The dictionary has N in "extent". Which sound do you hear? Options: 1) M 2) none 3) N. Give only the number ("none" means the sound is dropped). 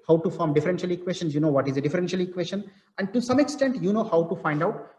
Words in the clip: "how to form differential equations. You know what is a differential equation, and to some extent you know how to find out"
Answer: 3